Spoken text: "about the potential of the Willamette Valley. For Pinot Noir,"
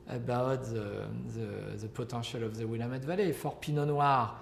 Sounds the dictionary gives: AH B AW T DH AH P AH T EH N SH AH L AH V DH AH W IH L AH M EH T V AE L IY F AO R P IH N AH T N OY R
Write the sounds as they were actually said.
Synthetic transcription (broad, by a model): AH B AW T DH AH P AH T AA SH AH L AH V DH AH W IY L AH M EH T V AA L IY F AO R P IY N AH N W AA R